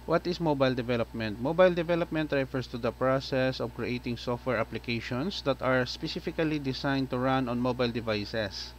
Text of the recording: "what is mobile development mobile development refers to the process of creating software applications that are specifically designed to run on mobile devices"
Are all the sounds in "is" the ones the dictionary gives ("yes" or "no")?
no